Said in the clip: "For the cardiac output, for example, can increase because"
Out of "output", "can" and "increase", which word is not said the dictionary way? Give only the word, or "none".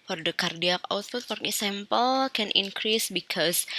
output